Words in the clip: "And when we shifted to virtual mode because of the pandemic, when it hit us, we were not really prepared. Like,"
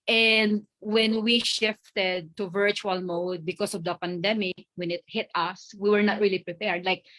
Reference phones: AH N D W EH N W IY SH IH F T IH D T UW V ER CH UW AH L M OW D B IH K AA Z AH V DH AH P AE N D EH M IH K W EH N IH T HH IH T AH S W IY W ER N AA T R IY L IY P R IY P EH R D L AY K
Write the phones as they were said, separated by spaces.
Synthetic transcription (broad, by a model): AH N D W EH N W IY SH IH F T IH D T UW V ER CH UW AH L M OW D B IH K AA S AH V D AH P AE N D EH M IH K W EH N IH T HH IH T AH S W IY W ER N AA T R IY L IY P R IY P EH R D L AY K